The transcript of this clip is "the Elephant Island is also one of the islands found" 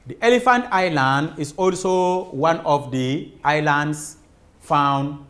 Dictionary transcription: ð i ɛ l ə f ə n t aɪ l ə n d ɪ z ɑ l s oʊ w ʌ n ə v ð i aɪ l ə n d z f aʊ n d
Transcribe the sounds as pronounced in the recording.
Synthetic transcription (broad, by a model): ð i ɛ l ə f ə n t aɪ l ə n d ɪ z ɑ l s oʊ w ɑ n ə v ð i aɪ l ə n d s f aʊ n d